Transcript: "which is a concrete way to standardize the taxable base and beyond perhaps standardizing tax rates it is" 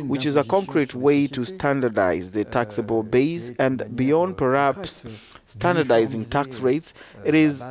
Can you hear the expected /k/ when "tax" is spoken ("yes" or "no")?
yes